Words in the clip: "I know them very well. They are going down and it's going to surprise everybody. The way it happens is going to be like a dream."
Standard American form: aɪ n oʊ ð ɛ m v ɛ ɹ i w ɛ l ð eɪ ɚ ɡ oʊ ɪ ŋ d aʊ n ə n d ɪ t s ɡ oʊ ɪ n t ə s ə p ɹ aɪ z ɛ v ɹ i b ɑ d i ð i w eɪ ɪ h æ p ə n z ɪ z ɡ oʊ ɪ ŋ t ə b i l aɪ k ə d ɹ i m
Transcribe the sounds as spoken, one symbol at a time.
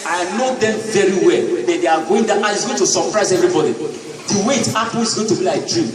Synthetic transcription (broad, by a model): aɪ n oʊ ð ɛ m v ɛ ɹ i w ɛ l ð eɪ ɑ ɡ oʊ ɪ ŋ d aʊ ə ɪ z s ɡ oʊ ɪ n t ə s ə p ɹ aɪ z ɛ v ɹ i b ɑ d i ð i w eɪ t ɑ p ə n ɪ z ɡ oʊ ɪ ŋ t ə b i l aɪ k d ɹ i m